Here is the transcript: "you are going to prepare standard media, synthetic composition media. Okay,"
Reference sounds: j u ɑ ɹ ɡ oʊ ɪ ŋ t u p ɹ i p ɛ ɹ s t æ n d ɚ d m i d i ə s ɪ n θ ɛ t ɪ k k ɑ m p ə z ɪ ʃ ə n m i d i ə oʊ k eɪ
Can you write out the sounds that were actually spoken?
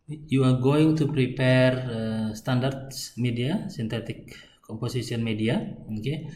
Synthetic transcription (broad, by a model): j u ɑ ɹ ɡ oʊ ɪ ŋ t u p ɹ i p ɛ ɹ s t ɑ n d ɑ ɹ m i d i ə s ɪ n t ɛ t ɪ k k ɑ m p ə s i s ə n m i d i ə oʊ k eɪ